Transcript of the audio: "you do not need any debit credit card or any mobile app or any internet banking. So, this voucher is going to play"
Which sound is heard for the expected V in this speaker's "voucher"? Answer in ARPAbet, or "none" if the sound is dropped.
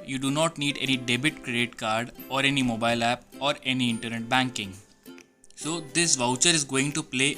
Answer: V